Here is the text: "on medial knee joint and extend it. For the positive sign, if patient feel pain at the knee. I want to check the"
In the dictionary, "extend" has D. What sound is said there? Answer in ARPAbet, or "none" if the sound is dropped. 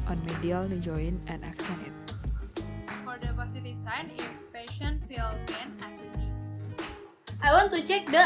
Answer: none